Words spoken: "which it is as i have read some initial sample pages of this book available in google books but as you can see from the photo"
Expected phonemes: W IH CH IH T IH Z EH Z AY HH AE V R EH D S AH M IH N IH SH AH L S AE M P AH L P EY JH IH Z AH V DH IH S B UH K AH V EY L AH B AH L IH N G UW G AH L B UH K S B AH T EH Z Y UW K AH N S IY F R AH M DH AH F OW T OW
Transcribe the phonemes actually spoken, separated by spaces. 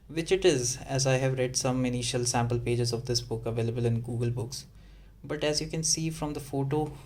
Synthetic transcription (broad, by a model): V IH CH IH T IH Z EH Z AY HH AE V R EH D S AH M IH N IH SH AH L S AE M P AH L P EY JH IH Z AH V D IH S B UH K AH V EY L AH B AH L IH N G UW G AH L B UH K S B AH T EH Z Y UW K AH N S IY F R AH M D AH F OW T OW